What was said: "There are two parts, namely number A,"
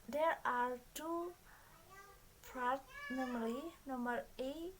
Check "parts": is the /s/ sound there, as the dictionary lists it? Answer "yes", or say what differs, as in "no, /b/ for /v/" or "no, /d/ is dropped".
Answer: no, /s/ is dropped